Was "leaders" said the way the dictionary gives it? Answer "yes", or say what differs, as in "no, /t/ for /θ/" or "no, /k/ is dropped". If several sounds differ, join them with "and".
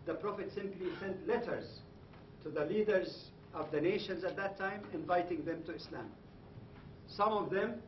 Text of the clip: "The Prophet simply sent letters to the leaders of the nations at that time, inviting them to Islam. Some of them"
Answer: yes